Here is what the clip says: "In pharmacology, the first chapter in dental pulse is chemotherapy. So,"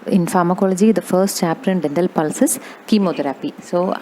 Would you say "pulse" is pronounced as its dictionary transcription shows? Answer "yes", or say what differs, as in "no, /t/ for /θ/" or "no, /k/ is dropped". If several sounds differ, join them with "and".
yes